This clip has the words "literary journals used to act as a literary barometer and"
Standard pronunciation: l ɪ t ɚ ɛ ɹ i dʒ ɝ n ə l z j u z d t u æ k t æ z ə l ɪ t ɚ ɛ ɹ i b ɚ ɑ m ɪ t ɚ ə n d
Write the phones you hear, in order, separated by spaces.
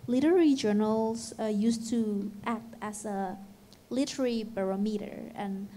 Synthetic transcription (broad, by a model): l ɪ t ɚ ɹ i dʒ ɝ n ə l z j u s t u æ k t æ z ə l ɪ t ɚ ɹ i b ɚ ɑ m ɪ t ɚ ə n